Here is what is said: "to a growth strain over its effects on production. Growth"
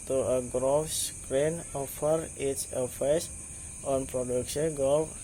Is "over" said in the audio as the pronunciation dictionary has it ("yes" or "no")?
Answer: no